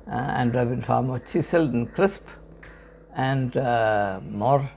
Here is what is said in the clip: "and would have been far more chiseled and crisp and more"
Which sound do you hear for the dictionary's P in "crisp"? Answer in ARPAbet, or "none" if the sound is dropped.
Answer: P